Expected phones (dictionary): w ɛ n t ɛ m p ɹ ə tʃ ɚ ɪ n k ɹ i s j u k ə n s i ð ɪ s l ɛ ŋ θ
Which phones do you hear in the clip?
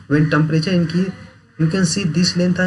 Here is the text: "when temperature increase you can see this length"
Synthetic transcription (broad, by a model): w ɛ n t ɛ m p ɹ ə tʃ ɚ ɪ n k i j u k ə n s i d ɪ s l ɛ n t